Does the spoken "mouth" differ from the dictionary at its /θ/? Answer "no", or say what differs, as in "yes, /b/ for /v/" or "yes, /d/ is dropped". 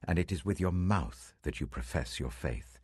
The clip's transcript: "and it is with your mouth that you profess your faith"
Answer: no